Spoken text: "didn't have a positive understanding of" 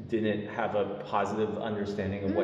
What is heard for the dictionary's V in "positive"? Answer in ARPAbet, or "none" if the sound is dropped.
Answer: V